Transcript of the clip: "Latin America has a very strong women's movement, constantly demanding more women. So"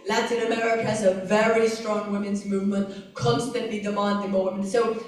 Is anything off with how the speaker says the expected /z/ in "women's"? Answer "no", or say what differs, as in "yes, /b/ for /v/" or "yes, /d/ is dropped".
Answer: no